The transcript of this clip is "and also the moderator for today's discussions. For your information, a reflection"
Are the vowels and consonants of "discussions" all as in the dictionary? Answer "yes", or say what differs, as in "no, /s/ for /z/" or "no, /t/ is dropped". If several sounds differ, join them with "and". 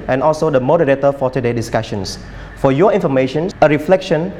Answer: no, /s/ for /z/